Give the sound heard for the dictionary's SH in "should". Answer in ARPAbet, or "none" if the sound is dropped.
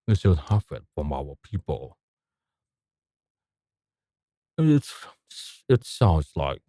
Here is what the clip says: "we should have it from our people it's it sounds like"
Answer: S